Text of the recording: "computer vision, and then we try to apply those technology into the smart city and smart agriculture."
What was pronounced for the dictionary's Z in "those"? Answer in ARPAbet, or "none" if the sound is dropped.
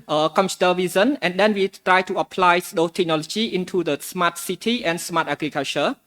none